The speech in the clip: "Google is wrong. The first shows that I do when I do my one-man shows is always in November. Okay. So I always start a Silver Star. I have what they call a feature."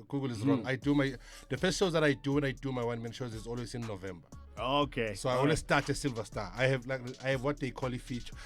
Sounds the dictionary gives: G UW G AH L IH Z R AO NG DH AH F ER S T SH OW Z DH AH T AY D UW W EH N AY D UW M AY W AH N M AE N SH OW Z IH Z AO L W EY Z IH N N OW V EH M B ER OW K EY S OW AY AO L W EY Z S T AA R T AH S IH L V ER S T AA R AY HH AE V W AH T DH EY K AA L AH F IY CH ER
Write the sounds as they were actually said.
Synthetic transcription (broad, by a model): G UW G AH L IH Z R AO NG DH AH P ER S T SH OW Z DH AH T AY D UW W EH N AY D UW M AY W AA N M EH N SH OW Z IH Z AO L W EY Z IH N N OW V EH M B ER OW K EY S OW AY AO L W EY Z S T AA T AH S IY L V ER S T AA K AY HH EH V W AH T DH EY K AA L AH F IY CH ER